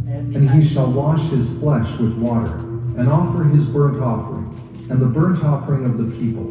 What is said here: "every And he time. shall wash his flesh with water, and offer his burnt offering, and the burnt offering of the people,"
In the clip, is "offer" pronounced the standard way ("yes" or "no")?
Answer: yes